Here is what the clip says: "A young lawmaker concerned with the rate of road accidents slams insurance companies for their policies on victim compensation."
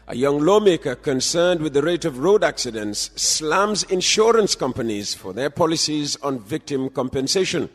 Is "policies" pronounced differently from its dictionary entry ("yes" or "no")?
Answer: no